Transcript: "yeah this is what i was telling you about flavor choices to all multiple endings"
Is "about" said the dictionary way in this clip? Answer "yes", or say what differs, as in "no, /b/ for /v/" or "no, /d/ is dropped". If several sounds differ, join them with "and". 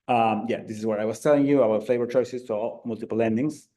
no, /b/ is dropped